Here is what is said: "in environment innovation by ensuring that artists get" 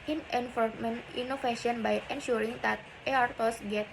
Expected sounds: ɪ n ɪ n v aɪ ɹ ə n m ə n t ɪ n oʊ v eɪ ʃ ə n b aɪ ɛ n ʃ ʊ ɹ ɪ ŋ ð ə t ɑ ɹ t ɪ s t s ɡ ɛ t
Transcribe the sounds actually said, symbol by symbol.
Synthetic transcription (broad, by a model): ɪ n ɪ n f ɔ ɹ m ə n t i n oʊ f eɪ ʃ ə n b aɪ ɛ n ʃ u ɹ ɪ ŋ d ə t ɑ ɹ t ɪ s s ɡ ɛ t